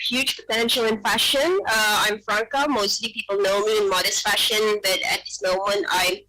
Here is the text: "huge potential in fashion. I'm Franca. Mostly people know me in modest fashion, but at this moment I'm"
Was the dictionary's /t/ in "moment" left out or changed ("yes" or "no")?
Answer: no